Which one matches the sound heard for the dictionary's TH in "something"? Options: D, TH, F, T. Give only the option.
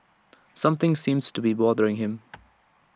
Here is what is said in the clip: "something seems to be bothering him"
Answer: TH